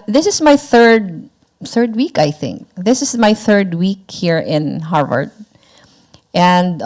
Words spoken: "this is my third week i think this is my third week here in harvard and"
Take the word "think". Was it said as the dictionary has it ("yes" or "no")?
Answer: yes